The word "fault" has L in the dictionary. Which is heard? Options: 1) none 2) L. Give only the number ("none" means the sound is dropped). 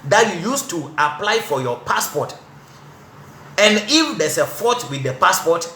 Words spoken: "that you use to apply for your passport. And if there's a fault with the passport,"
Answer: 1